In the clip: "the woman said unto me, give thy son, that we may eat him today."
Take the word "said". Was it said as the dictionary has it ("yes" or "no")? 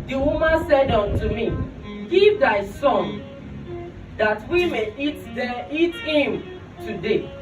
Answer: yes